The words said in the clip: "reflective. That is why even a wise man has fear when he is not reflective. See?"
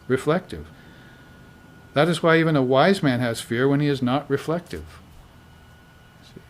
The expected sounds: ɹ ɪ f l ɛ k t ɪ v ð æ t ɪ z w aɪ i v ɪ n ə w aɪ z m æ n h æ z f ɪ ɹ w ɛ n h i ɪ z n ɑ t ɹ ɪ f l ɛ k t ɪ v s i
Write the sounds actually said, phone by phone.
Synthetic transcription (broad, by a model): ɹ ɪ f l ɛ k t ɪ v ð æ t ɪ z w aɪ i v ɪ n ə w aɪ z m æ n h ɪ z f ɪ ɹ w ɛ n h i ɪ z n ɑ t ɹ ɪ f l ɛ k t ɪ v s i